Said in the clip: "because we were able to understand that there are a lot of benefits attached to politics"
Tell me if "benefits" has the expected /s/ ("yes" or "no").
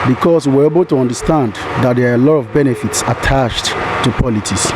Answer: yes